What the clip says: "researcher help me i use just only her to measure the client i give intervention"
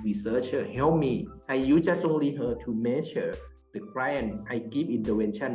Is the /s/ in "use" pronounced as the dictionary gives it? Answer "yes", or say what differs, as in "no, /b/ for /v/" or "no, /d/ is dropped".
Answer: no, /s/ is dropped